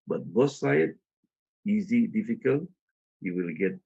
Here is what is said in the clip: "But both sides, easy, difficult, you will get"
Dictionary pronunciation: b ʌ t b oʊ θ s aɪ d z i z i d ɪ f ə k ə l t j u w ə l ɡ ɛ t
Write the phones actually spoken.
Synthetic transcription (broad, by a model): b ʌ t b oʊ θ s aɪ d i z i d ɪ f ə k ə l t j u w ə l ɡ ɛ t